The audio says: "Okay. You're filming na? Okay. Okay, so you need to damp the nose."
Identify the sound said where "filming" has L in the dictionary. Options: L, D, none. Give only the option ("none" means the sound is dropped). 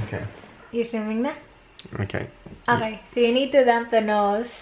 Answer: none